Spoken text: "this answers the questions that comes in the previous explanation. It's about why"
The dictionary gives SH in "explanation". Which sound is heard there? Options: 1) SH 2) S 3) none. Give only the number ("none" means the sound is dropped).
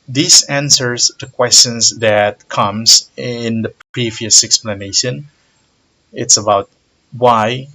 1